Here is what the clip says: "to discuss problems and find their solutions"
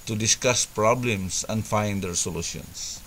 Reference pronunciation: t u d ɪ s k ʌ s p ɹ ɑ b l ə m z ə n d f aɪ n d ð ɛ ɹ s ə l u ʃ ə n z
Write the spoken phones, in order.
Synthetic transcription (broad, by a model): t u d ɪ s k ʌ s p ɹ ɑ b l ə m s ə n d f aɪ n d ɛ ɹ s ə l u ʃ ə n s